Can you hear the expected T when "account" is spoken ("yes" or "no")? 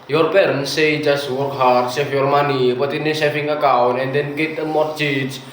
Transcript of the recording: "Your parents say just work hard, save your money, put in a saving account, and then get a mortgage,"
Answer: no